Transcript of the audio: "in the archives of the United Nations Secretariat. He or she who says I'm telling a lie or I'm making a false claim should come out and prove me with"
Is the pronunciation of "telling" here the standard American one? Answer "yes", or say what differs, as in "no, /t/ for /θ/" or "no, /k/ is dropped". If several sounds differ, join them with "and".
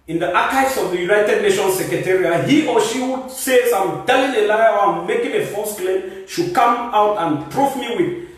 yes